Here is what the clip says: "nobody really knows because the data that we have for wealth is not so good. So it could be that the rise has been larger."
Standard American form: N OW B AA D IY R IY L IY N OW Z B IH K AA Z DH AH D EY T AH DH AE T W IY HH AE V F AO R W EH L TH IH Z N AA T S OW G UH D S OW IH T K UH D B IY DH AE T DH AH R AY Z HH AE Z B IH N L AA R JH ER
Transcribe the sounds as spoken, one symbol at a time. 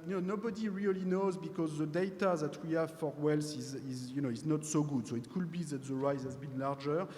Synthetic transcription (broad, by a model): N OW B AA D IY R IY L IY N OW Z B IH K AA Z DH AH D EY T AH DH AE T W IY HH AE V F AO R W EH L S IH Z N AA T S OW G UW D S OW IH T K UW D B IY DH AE T DH AH R AY Z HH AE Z B IH N L AA R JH ER